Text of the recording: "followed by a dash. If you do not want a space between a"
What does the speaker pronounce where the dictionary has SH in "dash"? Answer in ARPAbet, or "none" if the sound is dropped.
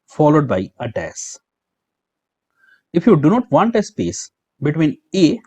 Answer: S